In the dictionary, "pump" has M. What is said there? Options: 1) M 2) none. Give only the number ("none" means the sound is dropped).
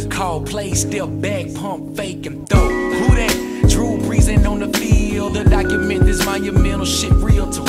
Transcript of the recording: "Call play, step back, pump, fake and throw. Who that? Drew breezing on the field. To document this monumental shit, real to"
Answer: 1